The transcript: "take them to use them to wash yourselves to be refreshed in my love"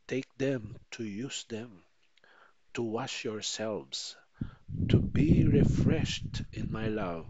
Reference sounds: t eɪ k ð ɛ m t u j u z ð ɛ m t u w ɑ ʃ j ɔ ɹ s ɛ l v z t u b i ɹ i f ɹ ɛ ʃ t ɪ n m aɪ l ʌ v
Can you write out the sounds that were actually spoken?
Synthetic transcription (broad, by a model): t eɪ k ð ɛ m t u j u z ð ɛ m t u w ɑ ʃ j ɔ ɹ s ɛ l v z t u b i ɹ i f ɹ ɛ ʃ t ɪ n m aɪ l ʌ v